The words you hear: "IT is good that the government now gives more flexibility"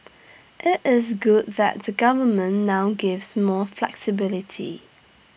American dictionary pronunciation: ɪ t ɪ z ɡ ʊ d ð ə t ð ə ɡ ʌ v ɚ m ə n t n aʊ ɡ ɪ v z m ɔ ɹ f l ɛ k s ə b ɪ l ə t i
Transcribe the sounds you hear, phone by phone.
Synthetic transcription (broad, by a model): ɪ t ɪ z ɡ ʊ d ð ə t ð ə ɡ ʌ v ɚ m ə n n aʊ ɡ ɪ v z m ɔ f l ɛ k s ə b ɪ l ə t i